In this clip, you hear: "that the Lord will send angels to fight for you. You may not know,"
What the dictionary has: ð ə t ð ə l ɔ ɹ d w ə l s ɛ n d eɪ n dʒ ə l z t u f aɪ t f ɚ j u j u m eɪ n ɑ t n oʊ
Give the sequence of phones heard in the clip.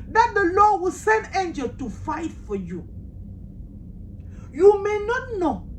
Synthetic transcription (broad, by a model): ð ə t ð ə l ɔ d w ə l s ɛ n d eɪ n dʒ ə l t u f aɪ t f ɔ j u j u m eɪ n ɑ t n oʊ